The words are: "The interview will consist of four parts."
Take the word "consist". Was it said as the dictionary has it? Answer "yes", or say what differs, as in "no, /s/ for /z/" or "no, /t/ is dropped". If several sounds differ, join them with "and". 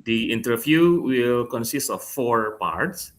yes